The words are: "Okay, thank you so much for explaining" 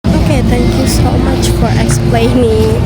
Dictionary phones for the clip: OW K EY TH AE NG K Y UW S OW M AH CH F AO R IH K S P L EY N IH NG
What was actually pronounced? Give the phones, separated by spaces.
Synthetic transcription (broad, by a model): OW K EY T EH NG K Y UW S OW M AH CH F AO R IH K S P L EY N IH